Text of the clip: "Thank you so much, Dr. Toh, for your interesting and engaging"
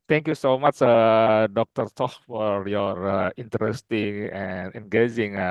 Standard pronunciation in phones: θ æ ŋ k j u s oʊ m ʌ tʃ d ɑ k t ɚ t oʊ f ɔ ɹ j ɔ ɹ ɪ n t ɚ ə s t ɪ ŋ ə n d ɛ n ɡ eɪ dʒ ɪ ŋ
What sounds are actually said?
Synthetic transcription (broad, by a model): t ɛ ŋ k j u s oʊ m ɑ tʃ d ɑ k t ɚ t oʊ f ɔ ɹ j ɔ ɹ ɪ n t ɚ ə s t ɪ ŋ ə n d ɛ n ɡ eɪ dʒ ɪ ŋ